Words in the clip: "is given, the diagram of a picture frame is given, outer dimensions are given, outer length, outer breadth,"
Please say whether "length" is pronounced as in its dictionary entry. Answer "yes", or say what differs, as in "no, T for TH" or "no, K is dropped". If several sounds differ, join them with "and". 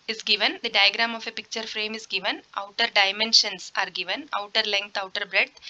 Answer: no, T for TH